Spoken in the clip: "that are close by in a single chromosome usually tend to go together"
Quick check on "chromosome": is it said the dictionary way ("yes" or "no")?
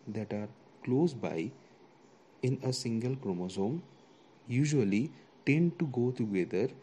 yes